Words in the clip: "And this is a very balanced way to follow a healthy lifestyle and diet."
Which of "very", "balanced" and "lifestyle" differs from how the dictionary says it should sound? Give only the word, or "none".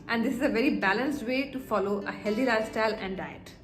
lifestyle